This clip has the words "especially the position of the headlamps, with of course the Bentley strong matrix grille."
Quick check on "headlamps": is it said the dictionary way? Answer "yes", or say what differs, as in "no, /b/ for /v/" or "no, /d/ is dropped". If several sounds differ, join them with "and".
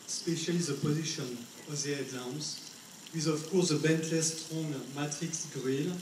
no, /l/ is dropped and /p/ is dropped